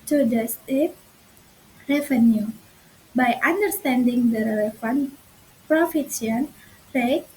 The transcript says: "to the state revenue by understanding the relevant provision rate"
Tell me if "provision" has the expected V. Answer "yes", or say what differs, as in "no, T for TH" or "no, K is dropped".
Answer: no, F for V